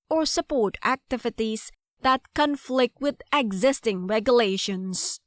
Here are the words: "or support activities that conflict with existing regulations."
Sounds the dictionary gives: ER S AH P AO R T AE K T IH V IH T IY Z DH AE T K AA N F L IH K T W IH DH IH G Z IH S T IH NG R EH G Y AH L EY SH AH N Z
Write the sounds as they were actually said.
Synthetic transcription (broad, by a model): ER S AH P AO R T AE K T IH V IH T IY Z DH AE T K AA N F L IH K T W IH DH IH G Z IH S T IH NG R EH G Y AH L EY SH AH N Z